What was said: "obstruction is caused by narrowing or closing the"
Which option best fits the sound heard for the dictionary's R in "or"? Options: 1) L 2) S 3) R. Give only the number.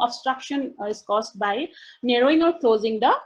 1